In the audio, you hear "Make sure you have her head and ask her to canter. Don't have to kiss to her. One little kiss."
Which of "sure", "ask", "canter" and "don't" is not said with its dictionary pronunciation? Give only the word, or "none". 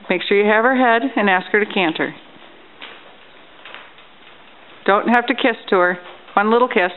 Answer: none